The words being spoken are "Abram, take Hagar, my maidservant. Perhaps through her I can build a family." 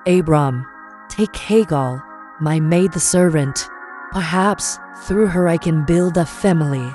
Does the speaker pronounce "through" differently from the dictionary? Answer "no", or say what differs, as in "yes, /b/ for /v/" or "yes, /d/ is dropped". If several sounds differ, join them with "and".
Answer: no